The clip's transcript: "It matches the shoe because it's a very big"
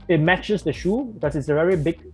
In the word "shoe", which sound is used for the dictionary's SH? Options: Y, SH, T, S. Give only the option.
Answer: SH